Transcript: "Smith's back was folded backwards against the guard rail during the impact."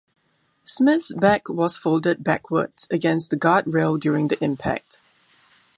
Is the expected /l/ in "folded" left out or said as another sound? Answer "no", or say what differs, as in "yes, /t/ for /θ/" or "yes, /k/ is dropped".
no